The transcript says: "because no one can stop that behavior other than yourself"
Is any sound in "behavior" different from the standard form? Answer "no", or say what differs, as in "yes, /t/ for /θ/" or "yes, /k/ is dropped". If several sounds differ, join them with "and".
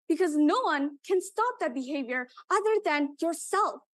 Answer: no